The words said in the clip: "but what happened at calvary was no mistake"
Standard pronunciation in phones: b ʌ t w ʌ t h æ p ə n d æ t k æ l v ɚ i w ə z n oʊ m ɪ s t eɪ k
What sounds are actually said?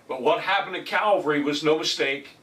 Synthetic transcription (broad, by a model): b ʌ t w ʌ t h æ p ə n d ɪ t k æ l v ɚ i w ə z n oʊ m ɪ s t eɪ k